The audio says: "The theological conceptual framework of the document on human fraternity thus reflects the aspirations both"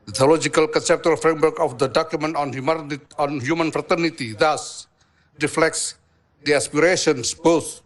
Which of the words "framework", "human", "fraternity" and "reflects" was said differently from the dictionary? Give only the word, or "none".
none